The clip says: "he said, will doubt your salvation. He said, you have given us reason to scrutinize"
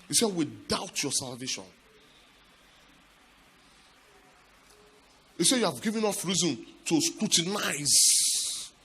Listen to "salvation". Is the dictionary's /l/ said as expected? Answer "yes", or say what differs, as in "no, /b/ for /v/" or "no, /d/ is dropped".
yes